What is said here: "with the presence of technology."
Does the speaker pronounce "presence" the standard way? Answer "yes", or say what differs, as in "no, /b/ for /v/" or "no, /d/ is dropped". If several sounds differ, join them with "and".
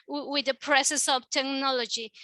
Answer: no, /s/ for /z/ and /n/ is dropped